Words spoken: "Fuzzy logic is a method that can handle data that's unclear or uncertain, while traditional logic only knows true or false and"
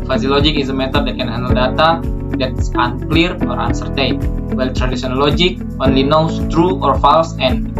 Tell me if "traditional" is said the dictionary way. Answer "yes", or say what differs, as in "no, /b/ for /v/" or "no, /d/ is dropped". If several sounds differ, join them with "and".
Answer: no, /s/ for /ʃ/